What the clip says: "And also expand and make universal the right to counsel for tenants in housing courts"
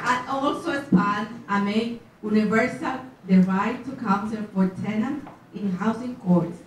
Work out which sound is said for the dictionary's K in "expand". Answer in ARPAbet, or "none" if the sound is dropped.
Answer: none